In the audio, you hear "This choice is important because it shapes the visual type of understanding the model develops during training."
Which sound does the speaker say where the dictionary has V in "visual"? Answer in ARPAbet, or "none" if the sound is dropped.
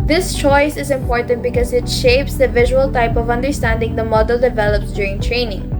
V